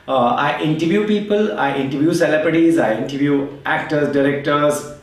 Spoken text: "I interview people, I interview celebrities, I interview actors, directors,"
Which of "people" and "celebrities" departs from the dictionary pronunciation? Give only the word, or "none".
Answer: celebrities